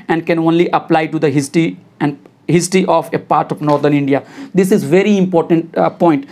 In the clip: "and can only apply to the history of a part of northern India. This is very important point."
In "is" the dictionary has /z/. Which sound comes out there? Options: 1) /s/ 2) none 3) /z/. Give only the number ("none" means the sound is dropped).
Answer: 3